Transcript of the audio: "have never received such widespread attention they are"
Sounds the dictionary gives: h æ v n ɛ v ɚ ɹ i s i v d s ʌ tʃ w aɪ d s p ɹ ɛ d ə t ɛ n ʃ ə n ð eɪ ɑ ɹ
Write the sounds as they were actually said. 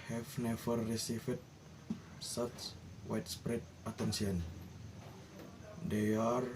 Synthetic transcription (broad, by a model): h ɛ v n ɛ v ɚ ɹ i s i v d s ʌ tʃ w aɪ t s p ɹ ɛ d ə t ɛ n s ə n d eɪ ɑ ɹ